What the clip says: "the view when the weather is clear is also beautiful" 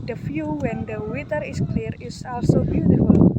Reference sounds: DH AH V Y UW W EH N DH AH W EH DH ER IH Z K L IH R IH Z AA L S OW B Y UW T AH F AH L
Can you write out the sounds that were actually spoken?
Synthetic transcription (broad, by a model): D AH F Y UW W EH N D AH W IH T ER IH S K L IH R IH S AA L S OW B Y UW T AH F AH L